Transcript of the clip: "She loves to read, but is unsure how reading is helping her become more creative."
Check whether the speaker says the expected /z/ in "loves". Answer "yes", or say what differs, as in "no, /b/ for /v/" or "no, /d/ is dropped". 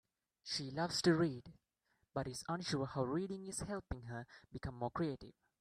no, /s/ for /z/